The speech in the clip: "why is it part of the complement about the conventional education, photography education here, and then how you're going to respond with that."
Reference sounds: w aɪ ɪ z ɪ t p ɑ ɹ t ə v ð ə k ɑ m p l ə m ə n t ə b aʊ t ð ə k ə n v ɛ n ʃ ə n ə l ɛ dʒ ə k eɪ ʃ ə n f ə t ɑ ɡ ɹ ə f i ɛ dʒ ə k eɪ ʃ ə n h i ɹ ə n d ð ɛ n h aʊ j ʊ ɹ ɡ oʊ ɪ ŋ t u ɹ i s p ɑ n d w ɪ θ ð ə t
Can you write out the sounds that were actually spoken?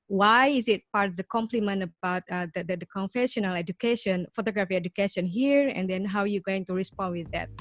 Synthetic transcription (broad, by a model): w aɪ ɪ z ɪ t p ɑ ɹ t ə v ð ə k ɑ m p l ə m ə n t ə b aʊ t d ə k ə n f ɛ ʃ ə n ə l ɛ dʒ ə k eɪ ʃ ə n f ə t ɑ ɡ ɹ ə f i ɛ dʒ ə k eɪ ʃ ə n h i ɹ ə n d ɛ n h aʊ j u ɡ oʊ ɪ ŋ t u ɹ i s p ɑ n d w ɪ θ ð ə t